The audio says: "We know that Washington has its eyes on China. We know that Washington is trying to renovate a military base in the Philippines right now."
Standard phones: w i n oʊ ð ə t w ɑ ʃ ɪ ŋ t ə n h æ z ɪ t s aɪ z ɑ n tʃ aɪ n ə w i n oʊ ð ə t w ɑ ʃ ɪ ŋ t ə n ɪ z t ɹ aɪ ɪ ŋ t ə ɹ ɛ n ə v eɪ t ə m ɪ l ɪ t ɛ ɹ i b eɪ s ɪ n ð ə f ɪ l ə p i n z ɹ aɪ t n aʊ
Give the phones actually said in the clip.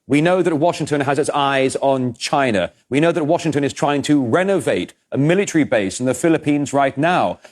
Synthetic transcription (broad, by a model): w i n oʊ ð ə t w ɑ ʃ ɪ ŋ t ə n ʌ z ɪ t s aɪ z n tʃ aɪ n ə w i n oʊ ð ə t w ɑ ʃ ɪ ŋ t ə n ɪ z t ɹ aɪ ɪ ŋ t ə ɹ ɛ n ə v eɪ t ə m ɪ l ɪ t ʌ ɹ i b eɪ s n ð ə f ɪ l ə p i n z ɹ aɪ t n aʊ